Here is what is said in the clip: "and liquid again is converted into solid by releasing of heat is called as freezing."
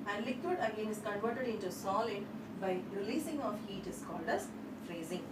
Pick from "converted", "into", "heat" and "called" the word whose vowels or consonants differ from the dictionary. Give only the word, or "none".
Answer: none